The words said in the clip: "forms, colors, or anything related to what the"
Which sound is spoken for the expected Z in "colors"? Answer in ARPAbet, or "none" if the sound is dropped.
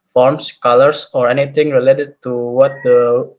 S